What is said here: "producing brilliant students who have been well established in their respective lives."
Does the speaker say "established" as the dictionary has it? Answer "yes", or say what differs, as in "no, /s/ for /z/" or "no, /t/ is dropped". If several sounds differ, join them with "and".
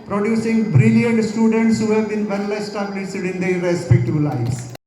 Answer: no, /s/ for /ʃ/